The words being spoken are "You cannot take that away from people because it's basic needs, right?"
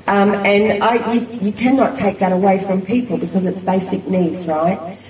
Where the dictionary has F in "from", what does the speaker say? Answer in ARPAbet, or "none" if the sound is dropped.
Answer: F